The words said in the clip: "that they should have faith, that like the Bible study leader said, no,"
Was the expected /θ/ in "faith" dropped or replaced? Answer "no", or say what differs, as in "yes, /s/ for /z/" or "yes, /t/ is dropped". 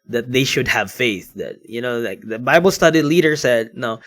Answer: no